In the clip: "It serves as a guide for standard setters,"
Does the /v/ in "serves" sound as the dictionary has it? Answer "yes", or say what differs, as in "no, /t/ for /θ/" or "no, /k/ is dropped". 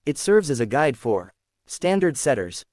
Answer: yes